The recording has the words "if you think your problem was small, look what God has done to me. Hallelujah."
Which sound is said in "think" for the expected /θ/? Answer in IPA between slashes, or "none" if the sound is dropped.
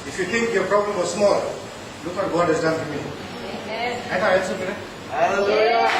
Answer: /t/